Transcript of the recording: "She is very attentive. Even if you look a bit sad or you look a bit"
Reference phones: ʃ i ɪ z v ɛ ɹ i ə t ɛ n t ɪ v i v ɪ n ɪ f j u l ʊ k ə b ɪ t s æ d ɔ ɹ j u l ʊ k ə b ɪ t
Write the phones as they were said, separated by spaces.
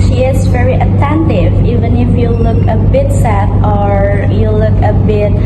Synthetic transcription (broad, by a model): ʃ i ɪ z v ɛ ɹ i ə t ɛ n t ɪ v i v ɪ n ɪ f j u l ʊ k ə b ɪ t s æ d ɔ ɹ j u l ʊ k ə b ɪ t